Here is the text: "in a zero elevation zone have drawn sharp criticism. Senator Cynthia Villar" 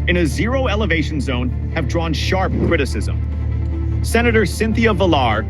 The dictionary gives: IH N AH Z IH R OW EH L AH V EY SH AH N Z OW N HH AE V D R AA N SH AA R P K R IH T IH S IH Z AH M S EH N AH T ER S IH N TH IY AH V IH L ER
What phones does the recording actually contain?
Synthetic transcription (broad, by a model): IH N AH Z IH R OW EH L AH V EY SH N Z OW N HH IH V D R AA N SH AA R P K R IH T IH S IH Z AH M S EH N AH T ER S IH N TH IY AH V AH L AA